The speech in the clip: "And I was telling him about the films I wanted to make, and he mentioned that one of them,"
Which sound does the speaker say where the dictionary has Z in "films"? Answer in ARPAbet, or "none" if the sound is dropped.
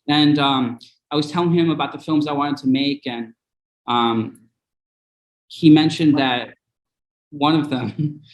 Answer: Z